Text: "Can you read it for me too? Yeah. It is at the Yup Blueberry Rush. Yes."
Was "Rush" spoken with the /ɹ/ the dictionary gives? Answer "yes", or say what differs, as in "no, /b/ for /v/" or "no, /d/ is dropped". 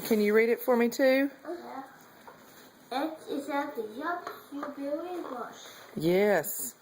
no, /w/ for /ɹ/